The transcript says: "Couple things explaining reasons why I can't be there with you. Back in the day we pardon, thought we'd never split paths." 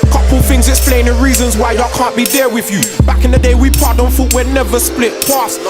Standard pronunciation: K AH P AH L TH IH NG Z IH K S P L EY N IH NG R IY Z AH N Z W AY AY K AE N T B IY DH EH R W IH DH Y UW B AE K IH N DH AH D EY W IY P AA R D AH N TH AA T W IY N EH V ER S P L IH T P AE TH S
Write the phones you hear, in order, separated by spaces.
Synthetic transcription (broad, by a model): K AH P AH L TH IH NG Z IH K S P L EY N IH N R IY Z AH N Z W AY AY K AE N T B IY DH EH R W IH DH Y UW B AE K IH N DH AH D EY W IY P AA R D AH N F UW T W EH N EH V ER S P L IH T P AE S